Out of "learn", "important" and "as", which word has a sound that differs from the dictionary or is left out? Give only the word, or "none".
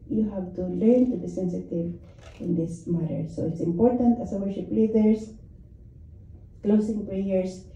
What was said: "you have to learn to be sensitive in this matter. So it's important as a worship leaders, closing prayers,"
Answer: as